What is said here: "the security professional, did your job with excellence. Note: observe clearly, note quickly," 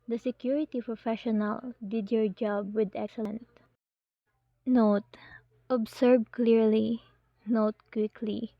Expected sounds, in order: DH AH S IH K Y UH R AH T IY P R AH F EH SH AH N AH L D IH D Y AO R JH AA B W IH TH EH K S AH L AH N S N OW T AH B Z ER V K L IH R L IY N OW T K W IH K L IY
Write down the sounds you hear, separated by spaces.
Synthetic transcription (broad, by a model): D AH S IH K Y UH R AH T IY P R AH F EH SH AH N AH L D IH D Y AO R JH AA B W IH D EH K S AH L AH N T N OW T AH B S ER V K L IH R L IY N OW T K W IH K L IY